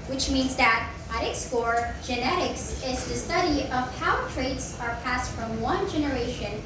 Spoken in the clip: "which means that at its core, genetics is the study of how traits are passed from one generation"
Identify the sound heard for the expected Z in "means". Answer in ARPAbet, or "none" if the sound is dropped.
Z